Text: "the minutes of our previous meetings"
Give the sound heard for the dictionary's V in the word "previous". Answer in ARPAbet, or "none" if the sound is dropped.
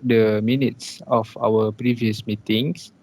V